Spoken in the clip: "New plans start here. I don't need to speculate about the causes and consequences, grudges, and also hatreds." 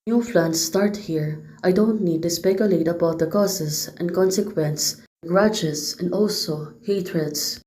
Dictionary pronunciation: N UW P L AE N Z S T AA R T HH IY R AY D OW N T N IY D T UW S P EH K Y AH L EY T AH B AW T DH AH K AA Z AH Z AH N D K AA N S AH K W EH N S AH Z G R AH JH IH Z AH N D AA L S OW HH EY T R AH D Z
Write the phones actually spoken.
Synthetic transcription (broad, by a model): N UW F L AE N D S T AA R T HH IY R AY D OW N T N IY D T UW S P EH K Y AH L EY T AH B AW T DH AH K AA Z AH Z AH N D K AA N S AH K W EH N S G R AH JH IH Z AH N D AA L S OW HH EY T R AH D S